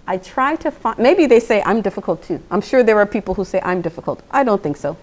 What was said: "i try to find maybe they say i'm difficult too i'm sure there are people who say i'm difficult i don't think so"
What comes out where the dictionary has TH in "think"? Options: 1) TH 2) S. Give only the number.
1